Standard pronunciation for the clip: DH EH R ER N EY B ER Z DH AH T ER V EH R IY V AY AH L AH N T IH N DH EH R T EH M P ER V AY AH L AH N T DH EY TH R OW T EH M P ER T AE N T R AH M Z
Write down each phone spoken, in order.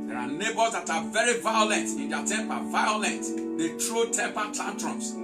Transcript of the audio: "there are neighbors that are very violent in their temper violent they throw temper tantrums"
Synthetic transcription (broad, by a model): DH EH R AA N EY B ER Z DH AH T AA V EH R IY V AY AH L AH N T IH N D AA T EH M P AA V AY AH L AH N T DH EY T R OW T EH M P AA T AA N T R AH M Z